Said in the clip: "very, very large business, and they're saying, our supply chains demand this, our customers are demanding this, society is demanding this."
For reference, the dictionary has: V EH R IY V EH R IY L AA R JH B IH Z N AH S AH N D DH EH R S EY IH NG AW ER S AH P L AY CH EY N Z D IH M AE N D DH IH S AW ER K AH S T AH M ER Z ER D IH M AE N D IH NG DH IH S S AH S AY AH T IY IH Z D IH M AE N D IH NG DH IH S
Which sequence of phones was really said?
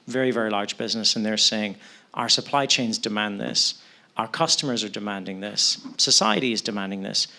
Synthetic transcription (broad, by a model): V EH R IY V EH R IY L AA R JH B IH Z N AH S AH N DH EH R S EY IH NG AW ER S AH P L AY CH EY N Z D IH M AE N DH IH S AW ER K AH S T AH M ER Z ER D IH M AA N D IH NG DH IH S S AH S AY AH T IY IH Z D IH M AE N D IH NG DH IH S